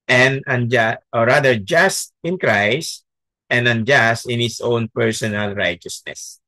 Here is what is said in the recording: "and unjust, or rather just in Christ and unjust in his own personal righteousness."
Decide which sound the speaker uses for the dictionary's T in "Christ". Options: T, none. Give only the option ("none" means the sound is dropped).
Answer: T